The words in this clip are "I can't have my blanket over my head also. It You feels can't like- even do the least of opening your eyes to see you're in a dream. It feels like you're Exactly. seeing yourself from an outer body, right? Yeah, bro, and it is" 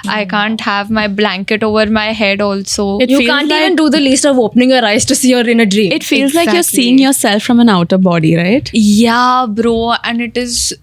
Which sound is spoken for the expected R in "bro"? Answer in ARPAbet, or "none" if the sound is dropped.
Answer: R